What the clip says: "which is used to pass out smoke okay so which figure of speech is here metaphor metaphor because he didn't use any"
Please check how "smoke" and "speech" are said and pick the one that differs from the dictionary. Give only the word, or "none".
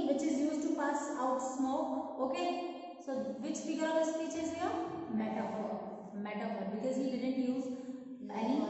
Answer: smoke